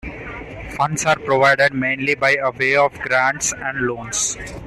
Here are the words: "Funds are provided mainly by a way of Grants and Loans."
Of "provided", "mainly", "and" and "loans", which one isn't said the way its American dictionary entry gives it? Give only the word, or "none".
loans